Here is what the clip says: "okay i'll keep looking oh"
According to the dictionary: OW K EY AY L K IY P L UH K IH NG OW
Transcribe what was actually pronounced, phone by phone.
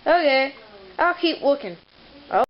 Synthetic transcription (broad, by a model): OW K EY AY L K IY P W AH K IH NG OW